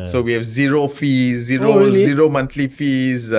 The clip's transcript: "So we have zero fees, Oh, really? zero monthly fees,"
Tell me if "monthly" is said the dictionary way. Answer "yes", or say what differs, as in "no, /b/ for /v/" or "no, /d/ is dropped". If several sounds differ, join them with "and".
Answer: no, /t/ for /θ/